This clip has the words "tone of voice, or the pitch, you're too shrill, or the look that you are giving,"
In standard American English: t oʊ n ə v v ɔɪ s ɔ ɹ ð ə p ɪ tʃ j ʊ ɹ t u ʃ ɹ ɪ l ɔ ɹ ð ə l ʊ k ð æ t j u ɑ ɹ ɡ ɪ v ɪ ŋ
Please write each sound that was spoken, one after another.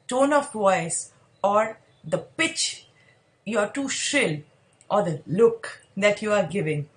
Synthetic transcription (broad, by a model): t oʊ n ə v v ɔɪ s ɔ ɹ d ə p ɪ tʃ j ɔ ɹ t u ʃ ɪ l ɔ ɹ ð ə l ʊ k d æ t j u ɑ ɹ ɡ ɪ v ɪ ŋ